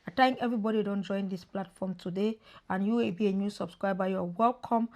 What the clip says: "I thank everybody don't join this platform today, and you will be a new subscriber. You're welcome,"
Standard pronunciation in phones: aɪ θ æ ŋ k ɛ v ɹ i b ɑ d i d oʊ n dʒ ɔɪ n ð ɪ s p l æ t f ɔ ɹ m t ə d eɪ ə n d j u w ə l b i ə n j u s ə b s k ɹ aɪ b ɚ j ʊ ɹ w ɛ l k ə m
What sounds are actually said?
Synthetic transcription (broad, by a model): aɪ t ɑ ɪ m ɛ v ɹ i b ɑ d i d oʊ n dʒ ɔɪ n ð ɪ s p l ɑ t f ɔ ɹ m t ə d eɪ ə n j u w ə l b i ə n j u s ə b s k ɹ aɪ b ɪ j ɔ w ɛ l k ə m